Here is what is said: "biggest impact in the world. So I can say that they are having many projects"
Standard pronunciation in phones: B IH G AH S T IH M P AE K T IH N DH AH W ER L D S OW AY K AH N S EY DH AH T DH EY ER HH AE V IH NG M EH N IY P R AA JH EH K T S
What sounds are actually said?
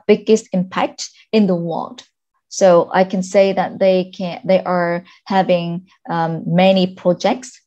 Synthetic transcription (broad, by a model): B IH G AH S T IH M P AE K T IH N DH AH W ER L D S OW AY K AH N S EY DH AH T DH EY ER HH AE V IH NG M EH N IY P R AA JH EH K T S